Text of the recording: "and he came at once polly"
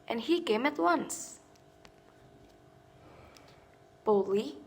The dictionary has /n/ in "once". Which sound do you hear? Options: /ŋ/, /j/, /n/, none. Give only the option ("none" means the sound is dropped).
/n/